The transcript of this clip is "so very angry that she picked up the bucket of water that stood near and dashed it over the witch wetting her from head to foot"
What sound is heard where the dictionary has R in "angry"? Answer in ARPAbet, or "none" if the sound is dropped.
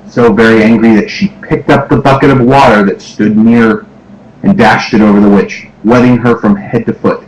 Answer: R